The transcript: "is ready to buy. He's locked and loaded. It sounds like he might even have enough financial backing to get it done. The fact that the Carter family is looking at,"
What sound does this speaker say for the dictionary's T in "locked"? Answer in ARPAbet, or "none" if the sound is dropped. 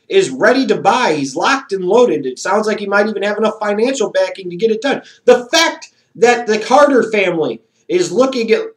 T